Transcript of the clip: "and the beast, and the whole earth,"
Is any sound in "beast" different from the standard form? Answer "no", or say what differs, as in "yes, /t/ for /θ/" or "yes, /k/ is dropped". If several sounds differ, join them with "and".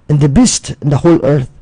no